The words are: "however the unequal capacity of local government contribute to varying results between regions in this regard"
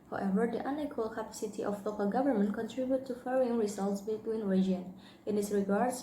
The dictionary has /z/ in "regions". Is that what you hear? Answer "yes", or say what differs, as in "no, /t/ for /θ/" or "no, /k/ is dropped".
no, /z/ is dropped